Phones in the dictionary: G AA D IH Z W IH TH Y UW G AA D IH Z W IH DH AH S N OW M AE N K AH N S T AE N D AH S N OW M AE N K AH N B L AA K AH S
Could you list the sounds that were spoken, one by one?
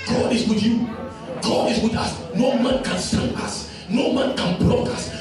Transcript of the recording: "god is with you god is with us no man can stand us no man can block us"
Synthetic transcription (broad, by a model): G AA D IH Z W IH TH Y UW G AA D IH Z W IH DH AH S N OW M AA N K AH N S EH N AH S N OW M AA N K AH N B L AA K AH S